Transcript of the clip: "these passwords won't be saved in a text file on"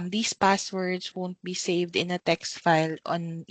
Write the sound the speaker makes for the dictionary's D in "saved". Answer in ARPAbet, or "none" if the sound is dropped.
D